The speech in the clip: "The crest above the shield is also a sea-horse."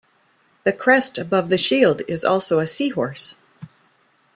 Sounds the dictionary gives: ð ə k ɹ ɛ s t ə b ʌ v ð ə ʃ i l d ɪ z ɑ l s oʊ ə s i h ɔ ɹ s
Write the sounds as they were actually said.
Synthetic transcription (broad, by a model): ð ə k ɹ ɛ s t ə b ʌ v ð ə ʃ i l d ɪ z ɑ l s oʊ ə s i h ɔ ɹ s